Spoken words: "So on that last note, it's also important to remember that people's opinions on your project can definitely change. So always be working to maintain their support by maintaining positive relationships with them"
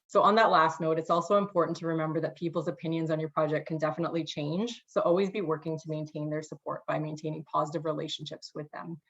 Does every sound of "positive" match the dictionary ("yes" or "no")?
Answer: yes